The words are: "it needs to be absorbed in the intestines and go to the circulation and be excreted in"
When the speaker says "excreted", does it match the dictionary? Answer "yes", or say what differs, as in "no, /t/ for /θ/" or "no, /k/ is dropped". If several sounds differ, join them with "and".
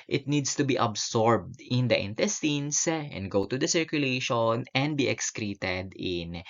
yes